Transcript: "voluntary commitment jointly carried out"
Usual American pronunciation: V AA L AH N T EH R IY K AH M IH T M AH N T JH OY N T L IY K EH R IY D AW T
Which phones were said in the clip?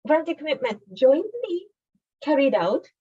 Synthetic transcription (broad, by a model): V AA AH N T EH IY K AH M IH T M AH N T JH OY N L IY K EH R IY D AW T